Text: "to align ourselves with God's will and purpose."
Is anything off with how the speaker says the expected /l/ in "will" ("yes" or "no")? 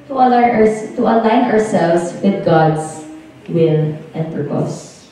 yes